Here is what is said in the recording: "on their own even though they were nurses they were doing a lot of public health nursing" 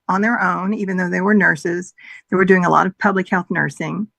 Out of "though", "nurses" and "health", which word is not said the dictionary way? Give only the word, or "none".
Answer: none